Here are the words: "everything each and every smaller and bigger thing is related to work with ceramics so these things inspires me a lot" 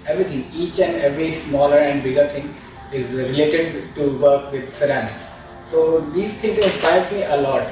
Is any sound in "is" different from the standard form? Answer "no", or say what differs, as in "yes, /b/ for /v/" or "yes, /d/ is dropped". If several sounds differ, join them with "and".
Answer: no